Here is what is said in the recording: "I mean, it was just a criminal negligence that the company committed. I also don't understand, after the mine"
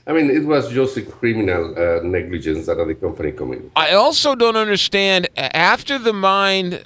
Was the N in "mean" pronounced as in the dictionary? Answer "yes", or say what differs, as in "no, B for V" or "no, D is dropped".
yes